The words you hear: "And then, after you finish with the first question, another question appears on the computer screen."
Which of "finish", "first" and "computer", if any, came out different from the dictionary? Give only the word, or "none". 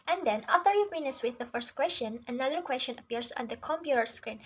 finish